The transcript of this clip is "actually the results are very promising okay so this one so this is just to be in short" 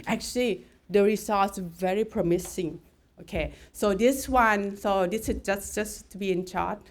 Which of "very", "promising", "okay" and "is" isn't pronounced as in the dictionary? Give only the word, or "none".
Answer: is